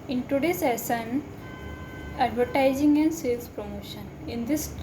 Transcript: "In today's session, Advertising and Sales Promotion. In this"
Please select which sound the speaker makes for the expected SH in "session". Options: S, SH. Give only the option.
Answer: S